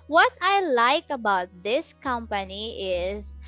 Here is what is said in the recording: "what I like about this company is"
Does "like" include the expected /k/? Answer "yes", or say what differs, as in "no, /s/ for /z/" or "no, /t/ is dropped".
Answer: yes